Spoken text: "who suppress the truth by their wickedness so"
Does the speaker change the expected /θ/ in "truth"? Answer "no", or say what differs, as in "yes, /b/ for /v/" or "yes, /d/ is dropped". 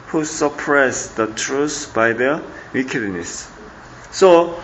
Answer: yes, /s/ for /θ/